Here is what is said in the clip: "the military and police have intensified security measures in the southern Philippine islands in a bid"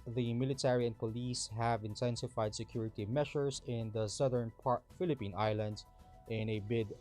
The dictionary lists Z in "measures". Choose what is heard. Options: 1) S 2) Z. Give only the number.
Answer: 1